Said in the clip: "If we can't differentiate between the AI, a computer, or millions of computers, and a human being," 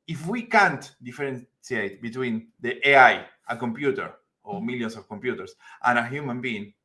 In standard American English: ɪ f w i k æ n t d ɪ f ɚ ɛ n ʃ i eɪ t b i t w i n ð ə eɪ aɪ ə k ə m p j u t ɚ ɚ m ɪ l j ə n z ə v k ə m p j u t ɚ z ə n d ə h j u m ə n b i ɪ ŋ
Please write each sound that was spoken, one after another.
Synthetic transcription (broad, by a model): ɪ f w i k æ n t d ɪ f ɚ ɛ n s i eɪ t b i t w i n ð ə eɪ aɪ ə k ə m p j u t ɚ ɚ m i l j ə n s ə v k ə m p j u t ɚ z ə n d ə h j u m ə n b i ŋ